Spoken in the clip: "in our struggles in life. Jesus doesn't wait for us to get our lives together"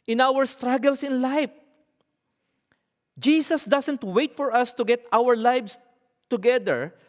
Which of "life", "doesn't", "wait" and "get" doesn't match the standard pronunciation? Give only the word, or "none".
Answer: doesn't